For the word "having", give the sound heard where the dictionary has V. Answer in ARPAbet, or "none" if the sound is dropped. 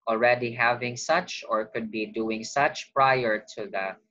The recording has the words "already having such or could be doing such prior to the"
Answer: V